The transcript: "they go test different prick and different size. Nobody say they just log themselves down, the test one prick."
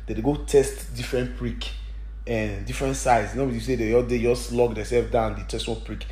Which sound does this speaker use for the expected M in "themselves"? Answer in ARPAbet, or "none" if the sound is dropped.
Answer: none